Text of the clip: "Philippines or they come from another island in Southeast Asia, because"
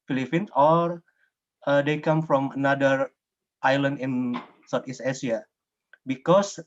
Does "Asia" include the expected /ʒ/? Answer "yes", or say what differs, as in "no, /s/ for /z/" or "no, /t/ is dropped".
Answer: no, /s/ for /ʒ/